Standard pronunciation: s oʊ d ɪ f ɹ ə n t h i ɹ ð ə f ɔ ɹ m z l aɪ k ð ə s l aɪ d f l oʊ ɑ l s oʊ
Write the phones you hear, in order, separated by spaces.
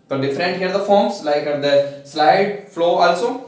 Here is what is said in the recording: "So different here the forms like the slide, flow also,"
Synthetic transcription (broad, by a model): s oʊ d ɪ f ɹ ə n t h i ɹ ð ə f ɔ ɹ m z l aɪ k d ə s l aɪ d f l oʊ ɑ l s oʊ